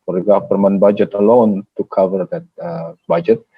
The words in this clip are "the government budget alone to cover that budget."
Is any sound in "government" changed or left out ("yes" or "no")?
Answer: yes